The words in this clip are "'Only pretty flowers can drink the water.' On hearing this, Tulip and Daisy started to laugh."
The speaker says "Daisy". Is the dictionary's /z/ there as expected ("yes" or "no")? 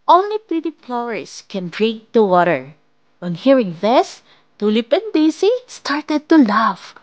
no